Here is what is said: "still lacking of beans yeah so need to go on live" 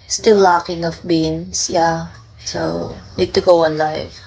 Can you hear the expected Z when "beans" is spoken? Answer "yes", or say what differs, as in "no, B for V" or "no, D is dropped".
no, S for Z